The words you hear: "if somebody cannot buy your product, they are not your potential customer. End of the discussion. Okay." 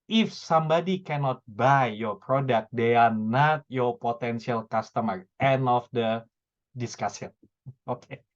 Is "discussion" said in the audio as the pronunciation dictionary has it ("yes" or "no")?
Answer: no